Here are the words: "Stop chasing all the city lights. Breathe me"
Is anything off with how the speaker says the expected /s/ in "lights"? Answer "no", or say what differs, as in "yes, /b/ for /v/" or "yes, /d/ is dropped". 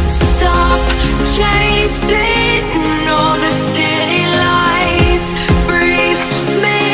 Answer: yes, /s/ is dropped